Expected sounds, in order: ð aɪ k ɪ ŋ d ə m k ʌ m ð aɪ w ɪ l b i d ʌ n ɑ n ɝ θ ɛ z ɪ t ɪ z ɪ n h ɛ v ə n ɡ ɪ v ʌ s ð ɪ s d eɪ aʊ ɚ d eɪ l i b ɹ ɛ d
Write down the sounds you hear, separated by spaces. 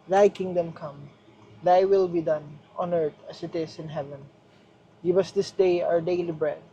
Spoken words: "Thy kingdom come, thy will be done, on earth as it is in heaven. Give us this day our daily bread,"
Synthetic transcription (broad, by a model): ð aɪ k ɪ ŋ d ə m k ʌ m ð aɪ w ɪ l b i d ʌ n ɑ n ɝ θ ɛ s ɪ t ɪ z ɪ n h ɛ v ə n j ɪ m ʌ s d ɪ s d eɪ aʊ ɚ d eɪ l i b ɹ ɛ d